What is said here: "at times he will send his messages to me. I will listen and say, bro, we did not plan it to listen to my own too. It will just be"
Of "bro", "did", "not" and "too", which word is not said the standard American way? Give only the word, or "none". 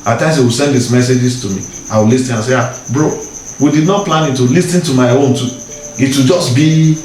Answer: none